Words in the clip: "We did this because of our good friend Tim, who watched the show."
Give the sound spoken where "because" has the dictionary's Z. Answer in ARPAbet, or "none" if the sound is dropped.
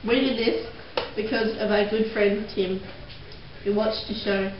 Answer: Z